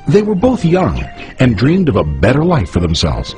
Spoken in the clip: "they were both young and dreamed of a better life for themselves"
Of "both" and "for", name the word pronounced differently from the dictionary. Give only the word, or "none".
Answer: none